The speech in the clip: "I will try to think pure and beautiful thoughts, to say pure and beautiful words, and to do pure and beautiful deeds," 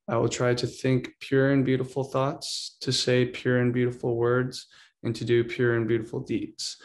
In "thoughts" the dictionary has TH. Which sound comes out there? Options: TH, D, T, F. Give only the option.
TH